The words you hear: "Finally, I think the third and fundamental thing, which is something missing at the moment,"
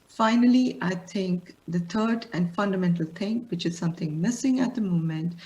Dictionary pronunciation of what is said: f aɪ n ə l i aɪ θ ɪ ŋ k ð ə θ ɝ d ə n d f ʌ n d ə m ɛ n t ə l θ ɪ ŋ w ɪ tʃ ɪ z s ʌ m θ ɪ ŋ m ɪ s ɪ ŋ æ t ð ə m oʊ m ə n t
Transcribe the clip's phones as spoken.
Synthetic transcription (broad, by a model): f aɪ n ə l i aɪ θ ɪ ŋ k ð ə t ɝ d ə n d f ʌ n d ə m ɛ n t ə l t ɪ ŋ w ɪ tʃ ɪ z s ʌ m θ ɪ ŋ m ɪ s ɪ ŋ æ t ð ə m oʊ m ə n t